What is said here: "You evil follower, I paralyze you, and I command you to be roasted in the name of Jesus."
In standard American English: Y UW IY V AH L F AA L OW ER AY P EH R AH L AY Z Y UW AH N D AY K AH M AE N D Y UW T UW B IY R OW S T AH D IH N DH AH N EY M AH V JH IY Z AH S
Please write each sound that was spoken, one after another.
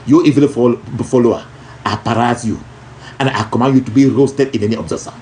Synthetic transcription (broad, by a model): Y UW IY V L F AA L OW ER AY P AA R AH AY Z Y UW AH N AY K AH M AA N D Y UW T UW B IY R OW S T AH D IH N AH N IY AH B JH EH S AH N